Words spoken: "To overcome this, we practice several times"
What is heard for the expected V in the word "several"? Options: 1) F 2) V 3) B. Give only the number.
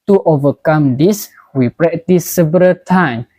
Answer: 3